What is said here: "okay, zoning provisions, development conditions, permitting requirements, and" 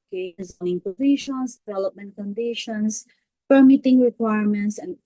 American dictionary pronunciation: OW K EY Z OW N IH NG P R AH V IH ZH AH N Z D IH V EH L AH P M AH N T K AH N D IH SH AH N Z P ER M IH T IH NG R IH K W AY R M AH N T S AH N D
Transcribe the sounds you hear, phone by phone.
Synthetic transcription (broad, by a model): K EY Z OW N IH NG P AH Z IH SH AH N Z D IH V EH L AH P M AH N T K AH N D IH SH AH N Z P ER M IH T IH NG R IH K W AY R M AH N T S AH N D